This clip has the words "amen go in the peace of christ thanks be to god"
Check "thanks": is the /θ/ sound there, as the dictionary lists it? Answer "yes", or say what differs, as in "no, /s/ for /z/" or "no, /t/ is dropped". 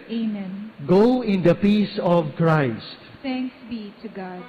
no, /t/ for /θ/